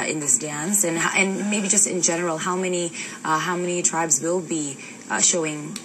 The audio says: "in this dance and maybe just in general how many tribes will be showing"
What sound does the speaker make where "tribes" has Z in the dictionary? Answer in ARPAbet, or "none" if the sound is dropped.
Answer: Z